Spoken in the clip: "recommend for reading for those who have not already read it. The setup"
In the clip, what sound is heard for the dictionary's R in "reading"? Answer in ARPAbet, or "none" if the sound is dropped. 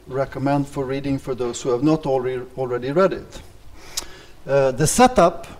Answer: R